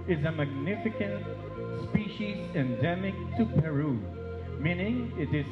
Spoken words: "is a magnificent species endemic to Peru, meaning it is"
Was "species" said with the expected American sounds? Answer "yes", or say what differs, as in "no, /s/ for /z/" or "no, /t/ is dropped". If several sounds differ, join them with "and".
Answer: yes